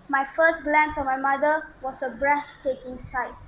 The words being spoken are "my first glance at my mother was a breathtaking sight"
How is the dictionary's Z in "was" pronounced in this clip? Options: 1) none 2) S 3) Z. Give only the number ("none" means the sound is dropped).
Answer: 2